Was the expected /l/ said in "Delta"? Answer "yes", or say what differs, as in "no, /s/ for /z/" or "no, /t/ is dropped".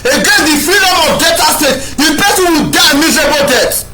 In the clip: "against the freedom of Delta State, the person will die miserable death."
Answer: no, /l/ is dropped